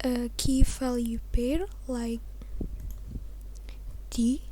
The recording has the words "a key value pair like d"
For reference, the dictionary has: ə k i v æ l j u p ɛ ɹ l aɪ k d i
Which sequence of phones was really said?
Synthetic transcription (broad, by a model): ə k i f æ l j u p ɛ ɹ l aɪ k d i